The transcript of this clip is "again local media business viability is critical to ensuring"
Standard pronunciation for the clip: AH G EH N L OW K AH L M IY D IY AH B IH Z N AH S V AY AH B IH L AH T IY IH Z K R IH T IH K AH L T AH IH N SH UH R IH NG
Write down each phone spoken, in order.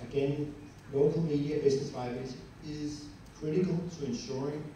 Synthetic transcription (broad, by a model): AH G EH N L OW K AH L M IY D IY AH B IH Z N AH S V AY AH IH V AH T IH Z K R IH T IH K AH L T AH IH N SH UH R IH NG